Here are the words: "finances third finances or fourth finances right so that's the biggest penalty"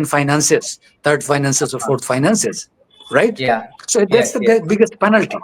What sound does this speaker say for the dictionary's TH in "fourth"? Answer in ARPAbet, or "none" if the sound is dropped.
T